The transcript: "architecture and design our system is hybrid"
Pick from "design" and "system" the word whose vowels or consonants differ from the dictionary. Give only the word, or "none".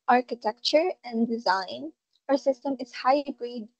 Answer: none